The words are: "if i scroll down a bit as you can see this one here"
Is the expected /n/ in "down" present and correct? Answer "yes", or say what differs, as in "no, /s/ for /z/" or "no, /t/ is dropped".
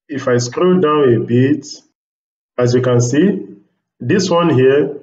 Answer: yes